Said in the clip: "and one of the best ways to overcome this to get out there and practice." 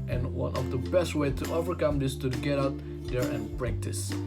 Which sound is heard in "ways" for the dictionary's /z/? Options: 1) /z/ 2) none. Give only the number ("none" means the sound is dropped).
2